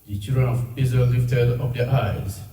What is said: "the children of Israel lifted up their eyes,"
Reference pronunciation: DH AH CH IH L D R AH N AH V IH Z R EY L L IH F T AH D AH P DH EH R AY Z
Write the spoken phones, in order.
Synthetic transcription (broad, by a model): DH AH CH IH L D R AH N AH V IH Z AH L L IH F T AH D AH P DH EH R AY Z